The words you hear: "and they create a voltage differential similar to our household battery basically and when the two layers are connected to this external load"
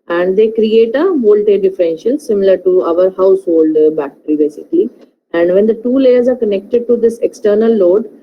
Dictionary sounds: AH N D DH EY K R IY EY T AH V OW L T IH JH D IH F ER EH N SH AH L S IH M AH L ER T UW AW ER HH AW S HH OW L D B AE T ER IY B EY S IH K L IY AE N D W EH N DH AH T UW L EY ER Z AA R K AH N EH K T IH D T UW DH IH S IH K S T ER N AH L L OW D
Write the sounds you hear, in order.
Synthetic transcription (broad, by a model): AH N D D EY K R IY EY T AH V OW L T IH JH D IH F ER EH N SH AH L S IH M AH L ER T UW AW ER HH AW S HH OW L D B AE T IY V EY S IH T IY AE N D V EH N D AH T UW L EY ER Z AA R K AH N EH K T IH D T UW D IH S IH K S T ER N AH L L OW D